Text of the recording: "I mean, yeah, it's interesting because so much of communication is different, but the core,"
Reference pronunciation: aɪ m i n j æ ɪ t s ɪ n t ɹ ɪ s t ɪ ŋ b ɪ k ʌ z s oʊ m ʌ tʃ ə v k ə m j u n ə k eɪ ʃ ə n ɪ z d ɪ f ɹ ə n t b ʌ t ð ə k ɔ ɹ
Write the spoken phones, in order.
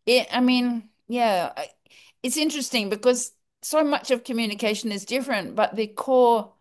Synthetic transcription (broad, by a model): aɪ m i n j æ ɪ t s ɪ n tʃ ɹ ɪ s t ɪ ŋ b ɪ k ʌ z s oʊ m ʌ tʃ ə v k ə m j u n ə k eɪ ʃ ə n ɪ z d ɪ f ɹ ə n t b ʌ t ð ə k ɔ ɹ